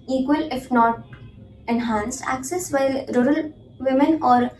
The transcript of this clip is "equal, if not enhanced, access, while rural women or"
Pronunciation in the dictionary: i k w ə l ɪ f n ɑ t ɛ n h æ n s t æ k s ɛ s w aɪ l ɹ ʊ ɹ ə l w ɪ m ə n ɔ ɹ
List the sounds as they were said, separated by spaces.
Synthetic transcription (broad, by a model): i k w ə l ɪ f n ɑ t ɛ n h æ n s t æ k s ɛ s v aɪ l ɹ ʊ ɹ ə l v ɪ m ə n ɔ ɹ